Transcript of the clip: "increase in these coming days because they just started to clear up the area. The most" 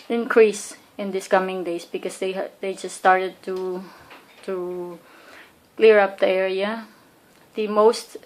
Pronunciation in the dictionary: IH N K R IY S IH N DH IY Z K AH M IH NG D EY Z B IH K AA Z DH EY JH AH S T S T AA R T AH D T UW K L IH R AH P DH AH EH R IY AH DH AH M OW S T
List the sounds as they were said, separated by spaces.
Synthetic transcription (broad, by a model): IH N K R IY S IH N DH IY S K AH M IH NG D EY S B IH K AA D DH EY JH AH S T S T AA R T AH D T UW K L IH R AH P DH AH EH R IY AH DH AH M OW S T